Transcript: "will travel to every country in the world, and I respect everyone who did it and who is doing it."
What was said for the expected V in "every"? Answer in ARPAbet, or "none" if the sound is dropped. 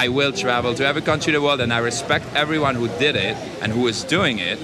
V